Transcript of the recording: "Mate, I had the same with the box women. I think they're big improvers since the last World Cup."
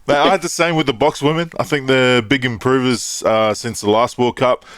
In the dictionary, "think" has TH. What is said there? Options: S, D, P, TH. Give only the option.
TH